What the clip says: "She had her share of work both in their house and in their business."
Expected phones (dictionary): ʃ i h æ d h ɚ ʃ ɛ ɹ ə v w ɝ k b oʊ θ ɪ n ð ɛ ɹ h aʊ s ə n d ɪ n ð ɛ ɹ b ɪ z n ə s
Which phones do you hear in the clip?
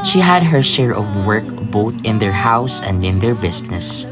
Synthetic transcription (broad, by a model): ʃ i h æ d h ɚ ʃ ɛ ɹ ə v w ɝ k b oʊ θ ɪ n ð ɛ ɹ h aʊ s ə n d ɪ n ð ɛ ɹ b ɪ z n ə s